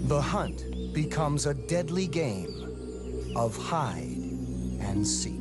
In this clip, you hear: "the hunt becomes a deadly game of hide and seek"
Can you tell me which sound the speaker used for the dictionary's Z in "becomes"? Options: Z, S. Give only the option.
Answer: Z